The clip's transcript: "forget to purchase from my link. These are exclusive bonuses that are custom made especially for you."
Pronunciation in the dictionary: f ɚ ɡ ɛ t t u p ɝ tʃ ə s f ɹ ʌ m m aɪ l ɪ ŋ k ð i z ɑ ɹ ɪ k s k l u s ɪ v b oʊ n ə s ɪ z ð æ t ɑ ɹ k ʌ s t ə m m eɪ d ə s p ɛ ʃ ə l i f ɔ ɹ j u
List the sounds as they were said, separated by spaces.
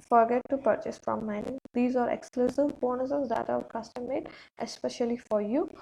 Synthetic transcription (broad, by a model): f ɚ ɡ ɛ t t u p ɝ tʃ ə s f ɹ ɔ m m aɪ n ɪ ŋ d i z ɑ ɹ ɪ k s k l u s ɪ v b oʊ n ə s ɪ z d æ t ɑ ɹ k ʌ s t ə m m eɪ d ə s p ɛ ʃ ə l i f ɔ ɹ j u